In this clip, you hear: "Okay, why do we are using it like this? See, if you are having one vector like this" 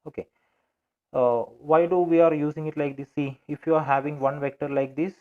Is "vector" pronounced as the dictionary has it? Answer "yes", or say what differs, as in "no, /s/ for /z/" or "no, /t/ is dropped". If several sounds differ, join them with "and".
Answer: yes